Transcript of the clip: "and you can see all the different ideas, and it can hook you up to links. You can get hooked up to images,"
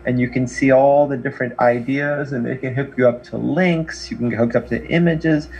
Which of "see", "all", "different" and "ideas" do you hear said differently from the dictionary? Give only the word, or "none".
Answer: none